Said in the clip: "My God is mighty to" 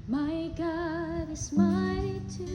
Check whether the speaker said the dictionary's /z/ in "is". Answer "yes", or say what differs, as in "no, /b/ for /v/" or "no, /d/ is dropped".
no, /s/ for /z/